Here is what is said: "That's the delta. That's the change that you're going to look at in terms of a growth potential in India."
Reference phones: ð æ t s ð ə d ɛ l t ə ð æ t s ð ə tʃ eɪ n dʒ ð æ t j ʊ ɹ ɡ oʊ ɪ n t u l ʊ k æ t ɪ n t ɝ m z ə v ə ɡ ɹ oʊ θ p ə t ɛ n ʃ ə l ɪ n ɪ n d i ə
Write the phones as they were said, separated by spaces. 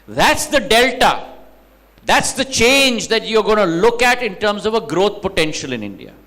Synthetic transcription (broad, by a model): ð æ t s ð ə d ɛ l t ə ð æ t s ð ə tʃ eɪ n dʒ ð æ t j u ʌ ɡ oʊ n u l ʊ k æ t ɪ n t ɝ m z ə v ə ɡ ɹ oʊ t p ə t ɛ n ʃ ə l ɪ n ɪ n d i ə